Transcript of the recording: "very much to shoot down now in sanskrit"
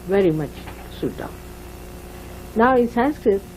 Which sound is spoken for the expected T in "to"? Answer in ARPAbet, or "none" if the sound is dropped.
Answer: S